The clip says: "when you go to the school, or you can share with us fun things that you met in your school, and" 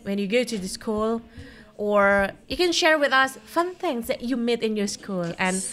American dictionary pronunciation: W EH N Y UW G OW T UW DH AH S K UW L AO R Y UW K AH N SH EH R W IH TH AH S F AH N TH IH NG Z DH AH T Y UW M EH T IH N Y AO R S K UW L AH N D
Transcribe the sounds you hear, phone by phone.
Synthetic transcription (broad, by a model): W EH N Y UW G OW T UW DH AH S K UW L AO R Y UW K AH N SH EH R W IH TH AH S F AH N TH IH NG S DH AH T Y UW M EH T IH N Y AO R S K UW L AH N